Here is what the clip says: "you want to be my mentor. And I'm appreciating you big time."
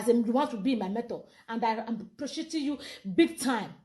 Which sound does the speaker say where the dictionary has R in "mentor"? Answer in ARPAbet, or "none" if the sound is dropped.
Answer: L